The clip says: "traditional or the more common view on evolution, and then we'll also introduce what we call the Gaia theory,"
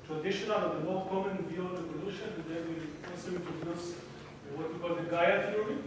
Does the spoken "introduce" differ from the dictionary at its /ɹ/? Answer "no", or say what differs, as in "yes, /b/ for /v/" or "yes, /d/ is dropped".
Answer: yes, /ɹ/ is dropped